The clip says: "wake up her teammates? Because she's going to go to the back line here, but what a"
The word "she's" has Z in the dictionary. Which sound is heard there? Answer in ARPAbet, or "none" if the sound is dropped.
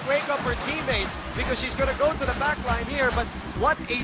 Z